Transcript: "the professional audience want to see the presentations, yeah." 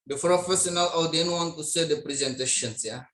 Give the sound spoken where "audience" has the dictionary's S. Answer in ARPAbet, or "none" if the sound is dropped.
none